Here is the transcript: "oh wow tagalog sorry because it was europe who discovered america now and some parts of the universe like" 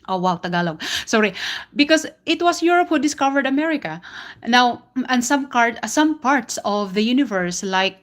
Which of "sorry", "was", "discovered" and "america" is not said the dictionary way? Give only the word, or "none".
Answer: was